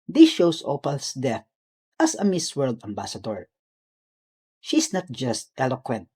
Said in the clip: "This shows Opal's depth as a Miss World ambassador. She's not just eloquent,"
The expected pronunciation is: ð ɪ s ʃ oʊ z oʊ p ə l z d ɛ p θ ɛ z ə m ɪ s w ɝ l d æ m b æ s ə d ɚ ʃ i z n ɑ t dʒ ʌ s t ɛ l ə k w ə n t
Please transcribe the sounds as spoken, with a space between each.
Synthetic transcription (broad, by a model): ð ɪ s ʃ oʊ s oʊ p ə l s d ɛ θ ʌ s ə m ɪ s w ɝ l d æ m b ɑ s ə d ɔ ʃ i s n ɑ t dʒ ʌ s t ɛ l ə k w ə n t